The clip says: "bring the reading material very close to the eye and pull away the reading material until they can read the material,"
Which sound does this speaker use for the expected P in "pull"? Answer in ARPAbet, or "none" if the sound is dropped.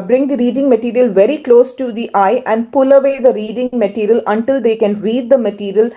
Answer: P